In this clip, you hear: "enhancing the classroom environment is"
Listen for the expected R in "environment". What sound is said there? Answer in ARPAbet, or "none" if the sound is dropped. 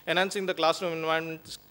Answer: none